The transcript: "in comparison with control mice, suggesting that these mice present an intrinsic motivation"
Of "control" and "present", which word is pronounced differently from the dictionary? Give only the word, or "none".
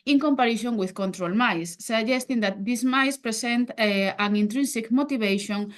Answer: present